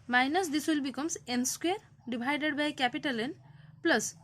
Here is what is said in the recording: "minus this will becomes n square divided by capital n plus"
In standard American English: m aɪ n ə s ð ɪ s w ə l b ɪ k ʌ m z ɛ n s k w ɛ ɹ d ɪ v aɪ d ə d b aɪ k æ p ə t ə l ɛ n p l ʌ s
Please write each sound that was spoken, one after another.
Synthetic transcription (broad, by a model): m aɪ n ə s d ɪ s w ə l b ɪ k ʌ m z ɛ n s k w ɛ ɹ d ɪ b aɪ d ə d b aɪ k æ p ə t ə l ɛ n p l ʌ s